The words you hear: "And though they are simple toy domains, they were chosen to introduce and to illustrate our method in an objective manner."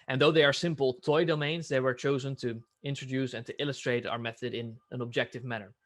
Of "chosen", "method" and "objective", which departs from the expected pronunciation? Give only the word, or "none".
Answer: none